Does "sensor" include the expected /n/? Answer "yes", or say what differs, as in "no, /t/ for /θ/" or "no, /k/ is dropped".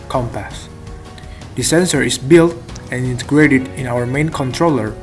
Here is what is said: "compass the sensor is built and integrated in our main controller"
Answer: yes